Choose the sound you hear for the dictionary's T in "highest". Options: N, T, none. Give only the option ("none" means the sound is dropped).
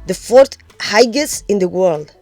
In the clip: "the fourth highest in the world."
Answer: none